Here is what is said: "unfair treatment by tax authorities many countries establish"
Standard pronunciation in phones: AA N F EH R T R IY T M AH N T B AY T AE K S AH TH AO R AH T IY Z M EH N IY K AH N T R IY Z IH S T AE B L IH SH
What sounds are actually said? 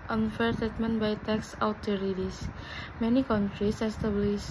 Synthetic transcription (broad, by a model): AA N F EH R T IY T M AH N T B AY T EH K S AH T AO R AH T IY S M EH N IY K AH N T R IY S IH S T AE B L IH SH